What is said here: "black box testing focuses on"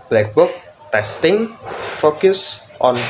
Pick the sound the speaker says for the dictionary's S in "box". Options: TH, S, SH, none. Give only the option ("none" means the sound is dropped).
none